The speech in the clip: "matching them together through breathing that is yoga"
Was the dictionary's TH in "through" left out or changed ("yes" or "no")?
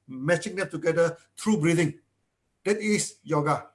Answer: yes